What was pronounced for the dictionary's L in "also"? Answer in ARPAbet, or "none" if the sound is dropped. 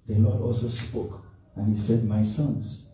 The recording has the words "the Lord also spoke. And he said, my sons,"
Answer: L